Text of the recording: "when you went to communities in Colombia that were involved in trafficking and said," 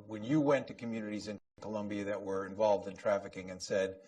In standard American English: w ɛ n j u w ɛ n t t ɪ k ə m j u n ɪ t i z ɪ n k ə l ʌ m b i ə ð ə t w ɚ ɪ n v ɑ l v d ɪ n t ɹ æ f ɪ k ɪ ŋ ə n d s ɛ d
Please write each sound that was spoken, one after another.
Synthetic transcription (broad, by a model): w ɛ n j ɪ w ɛ n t t ɪ k ə m j u n ɪ t i z ɪ n k ə l ʌ m b i ə ð ə t w ɚ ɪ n v ɑ l v d ɪ n t ɹ æ f ɪ k ɪ ŋ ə n s ɛ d